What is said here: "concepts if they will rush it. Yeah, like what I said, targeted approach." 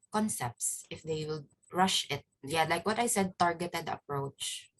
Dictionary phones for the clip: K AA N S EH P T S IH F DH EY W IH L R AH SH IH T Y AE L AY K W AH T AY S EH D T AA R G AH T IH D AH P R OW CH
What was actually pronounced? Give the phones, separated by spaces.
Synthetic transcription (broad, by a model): K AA N S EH P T S IH F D EY W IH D R AH SH IH T Y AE L AY K W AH T AY S EH D T AA R G AH T IH D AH P R OW CH